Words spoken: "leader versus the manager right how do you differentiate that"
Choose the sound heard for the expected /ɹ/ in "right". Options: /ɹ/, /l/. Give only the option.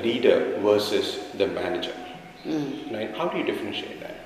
/l/